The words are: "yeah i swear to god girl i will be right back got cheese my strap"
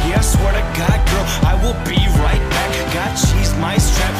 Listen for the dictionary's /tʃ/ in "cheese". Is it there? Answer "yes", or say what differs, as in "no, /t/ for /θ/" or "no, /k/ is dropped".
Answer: no, /ʃ/ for /tʃ/